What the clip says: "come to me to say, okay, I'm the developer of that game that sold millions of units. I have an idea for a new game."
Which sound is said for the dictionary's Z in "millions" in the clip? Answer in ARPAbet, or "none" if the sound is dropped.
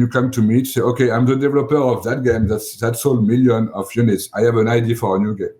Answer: none